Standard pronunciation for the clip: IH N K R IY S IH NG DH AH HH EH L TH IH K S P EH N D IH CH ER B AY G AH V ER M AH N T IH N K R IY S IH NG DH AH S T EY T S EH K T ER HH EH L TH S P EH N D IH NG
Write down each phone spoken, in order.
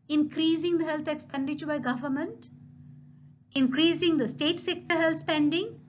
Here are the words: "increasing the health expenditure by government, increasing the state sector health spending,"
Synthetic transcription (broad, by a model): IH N K R IY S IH NG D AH HH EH L T IH K S P EH N D IH CH ER B AY G AH V ER M AH N T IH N K R IY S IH NG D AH S T EY T S EH K T ER HH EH L T S P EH N D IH NG